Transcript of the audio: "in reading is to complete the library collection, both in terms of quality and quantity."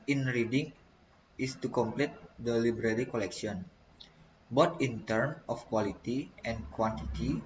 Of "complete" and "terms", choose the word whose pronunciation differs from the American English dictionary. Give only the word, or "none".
terms